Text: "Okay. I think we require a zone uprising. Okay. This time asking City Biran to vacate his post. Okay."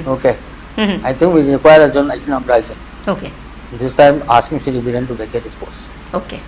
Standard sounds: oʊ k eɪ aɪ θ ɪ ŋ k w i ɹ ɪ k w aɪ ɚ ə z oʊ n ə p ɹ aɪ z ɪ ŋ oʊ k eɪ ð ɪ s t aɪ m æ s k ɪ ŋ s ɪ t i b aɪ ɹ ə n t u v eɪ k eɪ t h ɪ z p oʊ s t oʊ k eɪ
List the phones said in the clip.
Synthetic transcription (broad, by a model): oʊ k eɪ aɪ t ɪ ŋ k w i ɹ ɪ k w aɪ ɚ ə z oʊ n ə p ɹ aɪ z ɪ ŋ oʊ k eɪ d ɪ s t aɪ m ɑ s k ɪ ŋ s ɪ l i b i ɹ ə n t u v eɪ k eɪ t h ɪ s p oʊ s oʊ k eɪ